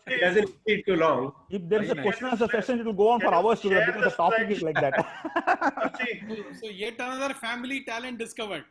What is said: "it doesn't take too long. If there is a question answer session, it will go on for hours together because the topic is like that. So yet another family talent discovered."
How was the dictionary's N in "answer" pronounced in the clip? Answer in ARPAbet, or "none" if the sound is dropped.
none